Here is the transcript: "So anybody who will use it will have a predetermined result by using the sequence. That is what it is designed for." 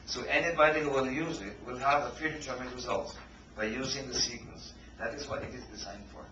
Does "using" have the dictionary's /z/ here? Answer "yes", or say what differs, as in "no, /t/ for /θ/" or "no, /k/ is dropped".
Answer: yes